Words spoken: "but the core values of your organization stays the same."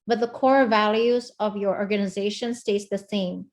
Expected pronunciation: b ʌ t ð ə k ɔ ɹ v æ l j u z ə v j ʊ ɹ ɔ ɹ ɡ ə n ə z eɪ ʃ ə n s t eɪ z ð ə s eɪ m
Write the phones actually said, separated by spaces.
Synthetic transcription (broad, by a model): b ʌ t ð ə k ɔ ɹ v æ l j u z ə v j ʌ ɹ ɔ ɹ ɡ ə n ə z eɪ ʃ ə n s t eɪ s ð ə s eɪ m